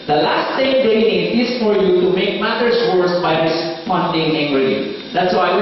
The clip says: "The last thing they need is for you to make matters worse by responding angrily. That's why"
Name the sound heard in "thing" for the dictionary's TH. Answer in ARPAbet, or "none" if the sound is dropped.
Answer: S